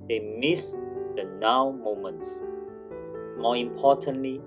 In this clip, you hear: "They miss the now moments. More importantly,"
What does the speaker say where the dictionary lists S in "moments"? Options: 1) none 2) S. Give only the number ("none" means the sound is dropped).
2